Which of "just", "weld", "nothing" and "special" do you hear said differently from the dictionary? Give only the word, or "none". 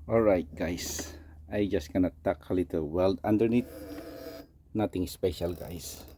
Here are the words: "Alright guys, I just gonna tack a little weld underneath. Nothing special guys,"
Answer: nothing